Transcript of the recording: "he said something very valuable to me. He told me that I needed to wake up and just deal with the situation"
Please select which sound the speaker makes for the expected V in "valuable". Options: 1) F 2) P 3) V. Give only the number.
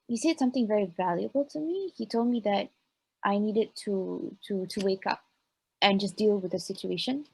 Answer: 3